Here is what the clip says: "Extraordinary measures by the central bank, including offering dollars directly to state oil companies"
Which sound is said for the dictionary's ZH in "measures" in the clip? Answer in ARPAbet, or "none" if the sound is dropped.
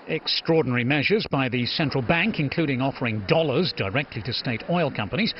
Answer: ZH